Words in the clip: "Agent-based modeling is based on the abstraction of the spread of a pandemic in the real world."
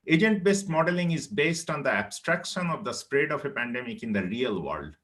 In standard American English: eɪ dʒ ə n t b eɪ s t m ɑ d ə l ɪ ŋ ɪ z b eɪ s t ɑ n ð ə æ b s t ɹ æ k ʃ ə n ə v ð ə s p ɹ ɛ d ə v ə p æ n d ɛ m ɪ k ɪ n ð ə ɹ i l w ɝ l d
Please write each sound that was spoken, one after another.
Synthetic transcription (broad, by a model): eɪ dʒ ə n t b eɪ s t m ɑ d ə l ɪ ŋ ɪ z b eɪ s t ɑ n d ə æ b s t ɹ æ k ʃ ə n ə v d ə s p ɹ ɛ d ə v ə p æ n d ɛ m ɪ k ɪ n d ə ɹ i l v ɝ l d